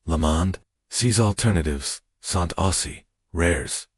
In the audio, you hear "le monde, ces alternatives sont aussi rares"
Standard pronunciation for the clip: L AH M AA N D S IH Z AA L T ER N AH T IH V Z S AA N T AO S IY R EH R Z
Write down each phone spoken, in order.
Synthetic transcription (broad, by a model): L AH M AA N D S IH Z AA L T ER N AH T IH V Z S AA N T AO S IY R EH R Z